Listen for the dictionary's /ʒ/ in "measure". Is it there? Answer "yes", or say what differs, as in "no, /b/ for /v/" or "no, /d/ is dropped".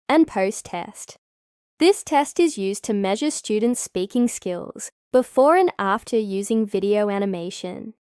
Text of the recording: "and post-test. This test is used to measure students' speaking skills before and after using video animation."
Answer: yes